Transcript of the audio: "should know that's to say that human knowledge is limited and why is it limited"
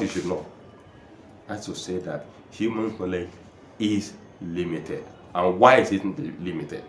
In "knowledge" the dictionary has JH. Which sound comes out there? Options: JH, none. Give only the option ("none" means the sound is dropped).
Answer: none